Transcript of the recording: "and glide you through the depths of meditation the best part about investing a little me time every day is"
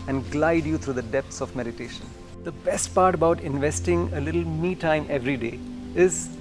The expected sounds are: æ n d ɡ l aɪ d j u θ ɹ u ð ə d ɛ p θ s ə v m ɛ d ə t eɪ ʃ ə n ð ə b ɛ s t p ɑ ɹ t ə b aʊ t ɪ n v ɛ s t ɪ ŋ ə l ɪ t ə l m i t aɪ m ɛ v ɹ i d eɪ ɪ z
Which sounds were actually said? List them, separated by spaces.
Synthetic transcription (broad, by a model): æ n d ɡ l aɪ d j u t ɹ u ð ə d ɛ p t s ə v m ɛ d ə t eɪ ʃ ə n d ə b ɛ s t p ɑ ɹ t ə b aʊ t ɪ n v ɛ s t ɪ ŋ ə l ɪ t ə l m i t aɪ m ɛ v ɹ i d eɪ ɪ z